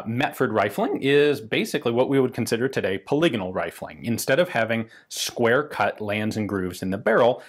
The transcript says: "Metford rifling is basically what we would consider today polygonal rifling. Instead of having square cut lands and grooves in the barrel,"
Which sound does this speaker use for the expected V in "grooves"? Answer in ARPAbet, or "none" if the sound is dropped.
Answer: V